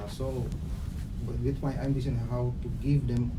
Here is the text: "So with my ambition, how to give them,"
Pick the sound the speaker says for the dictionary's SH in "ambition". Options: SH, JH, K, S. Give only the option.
S